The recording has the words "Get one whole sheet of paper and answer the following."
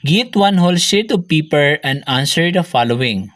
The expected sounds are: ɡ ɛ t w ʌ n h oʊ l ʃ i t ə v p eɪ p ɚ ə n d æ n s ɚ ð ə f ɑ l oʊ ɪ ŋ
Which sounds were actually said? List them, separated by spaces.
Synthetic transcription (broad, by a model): ɡ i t w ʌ n h oʊ l s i t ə p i p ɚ ə n d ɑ n s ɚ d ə f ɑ l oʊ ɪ ŋ